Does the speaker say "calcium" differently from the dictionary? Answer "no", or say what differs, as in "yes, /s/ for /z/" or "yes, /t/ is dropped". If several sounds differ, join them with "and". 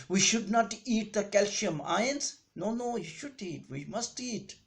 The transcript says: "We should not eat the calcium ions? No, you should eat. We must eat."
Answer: yes, /ʃ/ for /s/